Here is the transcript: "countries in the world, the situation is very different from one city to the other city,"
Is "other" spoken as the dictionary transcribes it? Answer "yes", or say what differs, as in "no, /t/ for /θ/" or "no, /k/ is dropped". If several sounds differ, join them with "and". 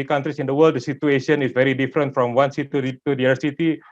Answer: no, /ð/ is dropped